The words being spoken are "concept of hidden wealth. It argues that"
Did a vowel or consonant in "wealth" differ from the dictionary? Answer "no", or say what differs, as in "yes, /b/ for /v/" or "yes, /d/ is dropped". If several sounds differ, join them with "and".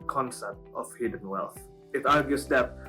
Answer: no